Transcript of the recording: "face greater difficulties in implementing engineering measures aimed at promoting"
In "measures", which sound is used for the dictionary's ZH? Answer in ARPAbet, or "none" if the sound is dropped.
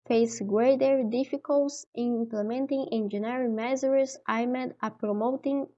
Z